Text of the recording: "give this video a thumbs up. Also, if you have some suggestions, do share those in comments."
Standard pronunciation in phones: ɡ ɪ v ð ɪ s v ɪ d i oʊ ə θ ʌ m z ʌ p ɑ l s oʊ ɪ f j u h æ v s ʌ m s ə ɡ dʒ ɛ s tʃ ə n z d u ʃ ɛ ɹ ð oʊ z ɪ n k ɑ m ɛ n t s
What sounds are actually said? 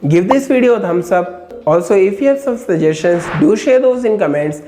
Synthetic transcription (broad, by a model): ɡ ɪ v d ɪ s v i d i oʊ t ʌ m s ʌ b ɑ l s oʊ ɪ f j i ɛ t s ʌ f s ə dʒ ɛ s ʃ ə n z d u ʃ ɛ ɹ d oʊ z ɪ n k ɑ m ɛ n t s